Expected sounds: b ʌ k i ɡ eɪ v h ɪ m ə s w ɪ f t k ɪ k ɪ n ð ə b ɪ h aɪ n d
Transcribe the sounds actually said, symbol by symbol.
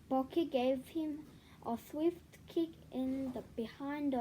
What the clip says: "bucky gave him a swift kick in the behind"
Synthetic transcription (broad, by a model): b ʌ k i ɡ eɪ v h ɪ m ə s w ɪ f t k ɪ k ɪ n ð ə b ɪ h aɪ n d